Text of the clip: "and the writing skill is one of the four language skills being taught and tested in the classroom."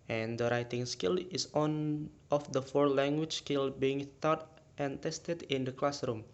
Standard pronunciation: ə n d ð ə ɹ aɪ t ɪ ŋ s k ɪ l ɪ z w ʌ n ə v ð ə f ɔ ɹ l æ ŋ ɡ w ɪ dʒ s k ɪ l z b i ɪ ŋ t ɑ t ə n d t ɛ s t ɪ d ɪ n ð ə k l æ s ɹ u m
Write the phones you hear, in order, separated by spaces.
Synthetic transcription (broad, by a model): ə n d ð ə ɹ aɪ t ɪ ŋ s k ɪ l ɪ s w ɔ n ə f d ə f ɔ ɹ l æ ŋ ɡ w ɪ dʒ s k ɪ l b i ɪ ŋ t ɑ t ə n t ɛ s t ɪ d ɪ n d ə k l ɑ s ɹ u m